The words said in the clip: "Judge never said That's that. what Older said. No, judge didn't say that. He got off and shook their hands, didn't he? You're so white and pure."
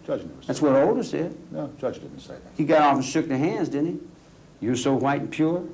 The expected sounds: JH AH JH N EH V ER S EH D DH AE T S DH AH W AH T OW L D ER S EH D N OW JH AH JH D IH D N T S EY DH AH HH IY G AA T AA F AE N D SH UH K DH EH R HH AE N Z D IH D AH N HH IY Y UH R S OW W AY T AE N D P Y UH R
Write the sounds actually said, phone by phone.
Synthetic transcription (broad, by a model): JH AH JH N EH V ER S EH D DH AE T S W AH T OW L D ER S EH D N OW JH AH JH D IH D N T S EY DH AH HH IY G AA T AA F N SH UH K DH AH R HH AE N Z D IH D N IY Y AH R S OW W AY T N P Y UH R